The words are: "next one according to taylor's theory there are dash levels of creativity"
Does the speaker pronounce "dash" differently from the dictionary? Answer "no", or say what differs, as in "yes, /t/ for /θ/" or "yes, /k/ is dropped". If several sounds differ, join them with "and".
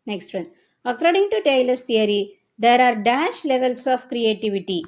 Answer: no